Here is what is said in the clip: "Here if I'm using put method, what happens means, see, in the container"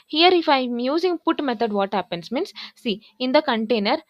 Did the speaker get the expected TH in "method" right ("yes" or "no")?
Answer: no